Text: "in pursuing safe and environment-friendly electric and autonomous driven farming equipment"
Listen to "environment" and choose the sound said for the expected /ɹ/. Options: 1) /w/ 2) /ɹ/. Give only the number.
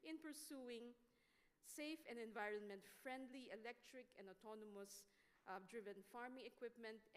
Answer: 2